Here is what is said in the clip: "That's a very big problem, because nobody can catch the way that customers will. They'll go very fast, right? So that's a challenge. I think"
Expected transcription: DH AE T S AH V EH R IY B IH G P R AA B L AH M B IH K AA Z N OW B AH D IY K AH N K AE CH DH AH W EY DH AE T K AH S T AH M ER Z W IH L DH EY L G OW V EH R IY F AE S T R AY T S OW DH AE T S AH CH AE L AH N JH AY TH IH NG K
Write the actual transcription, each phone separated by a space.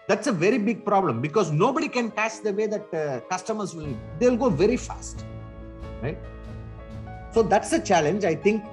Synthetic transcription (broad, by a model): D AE T S AH V EH R IY B IH G P R AA B L AH M B IH K AA Z N OW B AH D IY K AH N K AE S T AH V EY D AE T K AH S T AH M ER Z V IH L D EY L G OW V EH R IY F AE S T R AY T S OW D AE T S AH CH AE L AH N JH AY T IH NG K